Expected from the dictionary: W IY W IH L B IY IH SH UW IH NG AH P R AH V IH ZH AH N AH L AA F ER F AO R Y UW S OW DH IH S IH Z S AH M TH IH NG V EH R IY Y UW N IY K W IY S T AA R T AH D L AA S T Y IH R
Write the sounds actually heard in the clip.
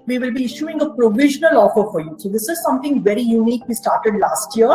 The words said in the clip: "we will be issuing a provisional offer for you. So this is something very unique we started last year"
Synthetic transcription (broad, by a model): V IY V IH L B IY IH SH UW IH NG AH P R AH V IH ZH AH N AH L AA F ER F AO R Y UW S OW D IH S IH Z S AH M T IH NG V EH R IY Y UW N IY K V IY S T AA R T AH D L AA S T Y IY R